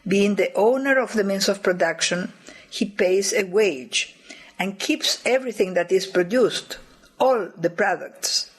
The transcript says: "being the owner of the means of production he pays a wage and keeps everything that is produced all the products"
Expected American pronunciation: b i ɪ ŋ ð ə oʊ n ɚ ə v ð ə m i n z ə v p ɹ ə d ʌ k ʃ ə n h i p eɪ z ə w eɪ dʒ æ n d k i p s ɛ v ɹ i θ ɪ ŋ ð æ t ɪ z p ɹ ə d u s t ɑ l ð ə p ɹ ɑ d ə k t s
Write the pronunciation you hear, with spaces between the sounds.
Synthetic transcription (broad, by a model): b i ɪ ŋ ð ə oʊ n ɚ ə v ð ə m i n s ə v p ɹ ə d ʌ k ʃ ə n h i p eɪ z ə w eɪ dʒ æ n k i p s ɛ v ɹ i θ ɪ ŋ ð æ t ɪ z p ɹ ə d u s t ɑ l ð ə p ɹ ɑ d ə k t s